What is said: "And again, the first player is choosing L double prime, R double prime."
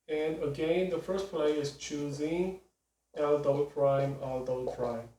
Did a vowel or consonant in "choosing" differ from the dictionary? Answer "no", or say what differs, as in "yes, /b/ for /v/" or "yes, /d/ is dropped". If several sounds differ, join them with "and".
no